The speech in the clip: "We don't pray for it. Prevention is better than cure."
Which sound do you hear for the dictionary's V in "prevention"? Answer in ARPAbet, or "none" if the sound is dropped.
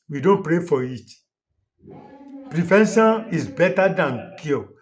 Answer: F